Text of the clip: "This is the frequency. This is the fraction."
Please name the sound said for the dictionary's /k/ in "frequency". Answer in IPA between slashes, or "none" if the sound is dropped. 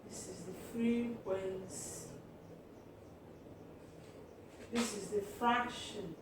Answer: none